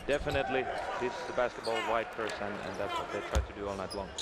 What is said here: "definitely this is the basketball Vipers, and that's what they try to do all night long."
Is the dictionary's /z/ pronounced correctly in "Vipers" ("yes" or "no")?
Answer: no